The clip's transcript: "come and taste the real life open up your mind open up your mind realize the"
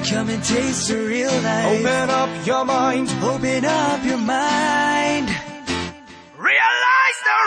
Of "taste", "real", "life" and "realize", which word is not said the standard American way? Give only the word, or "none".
life